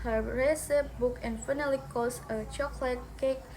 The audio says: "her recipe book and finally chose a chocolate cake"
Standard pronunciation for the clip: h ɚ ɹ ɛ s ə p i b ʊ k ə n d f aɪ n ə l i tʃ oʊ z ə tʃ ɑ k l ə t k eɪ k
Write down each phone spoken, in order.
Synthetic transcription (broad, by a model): h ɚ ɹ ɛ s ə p b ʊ k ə n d f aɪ n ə l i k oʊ s ə tʃ ɑ k l ə t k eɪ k